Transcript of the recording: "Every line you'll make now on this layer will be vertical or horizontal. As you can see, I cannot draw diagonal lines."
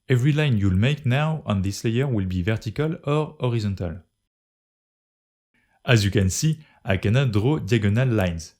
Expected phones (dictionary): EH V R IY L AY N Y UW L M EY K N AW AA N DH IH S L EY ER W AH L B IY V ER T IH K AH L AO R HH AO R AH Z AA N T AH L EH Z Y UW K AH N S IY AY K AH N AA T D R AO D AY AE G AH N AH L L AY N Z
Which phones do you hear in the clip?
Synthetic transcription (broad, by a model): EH V R IY L AY N Y UW L M EY K N AW AA N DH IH S L EY ER W AH L B IY V ER T IH K AH L AO R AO R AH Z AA N T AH L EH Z Y UW K AH N S IY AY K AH N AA D R AO D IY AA G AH N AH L L AY N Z